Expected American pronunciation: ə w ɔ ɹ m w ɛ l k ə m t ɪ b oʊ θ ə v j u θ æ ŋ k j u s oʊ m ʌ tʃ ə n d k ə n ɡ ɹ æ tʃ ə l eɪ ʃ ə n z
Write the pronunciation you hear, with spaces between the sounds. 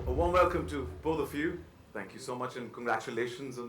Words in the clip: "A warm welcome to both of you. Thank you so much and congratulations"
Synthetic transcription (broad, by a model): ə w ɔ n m w ɛ l k ə m t ɪ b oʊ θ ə f j u θ æ ŋ k j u s oʊ m ʌ tʃ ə n k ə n ɡ ɹ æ tʃ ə l eɪ ʃ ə n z